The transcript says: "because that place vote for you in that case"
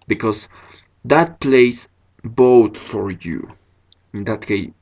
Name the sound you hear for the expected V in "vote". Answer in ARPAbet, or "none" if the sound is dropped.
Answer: B